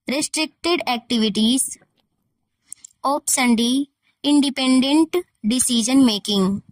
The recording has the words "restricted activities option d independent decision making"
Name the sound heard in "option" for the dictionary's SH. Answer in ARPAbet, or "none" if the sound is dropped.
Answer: S